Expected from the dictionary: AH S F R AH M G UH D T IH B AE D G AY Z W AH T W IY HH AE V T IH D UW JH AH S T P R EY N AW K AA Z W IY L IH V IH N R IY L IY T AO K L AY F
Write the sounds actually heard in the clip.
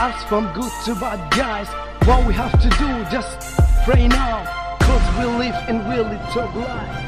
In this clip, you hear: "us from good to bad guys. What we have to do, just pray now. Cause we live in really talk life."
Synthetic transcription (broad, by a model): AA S F R AH M G UH D T IH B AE D G AY Z W AH T W IY HH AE F T IH D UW JH AH S T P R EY N AW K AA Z W IY L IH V IH N W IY L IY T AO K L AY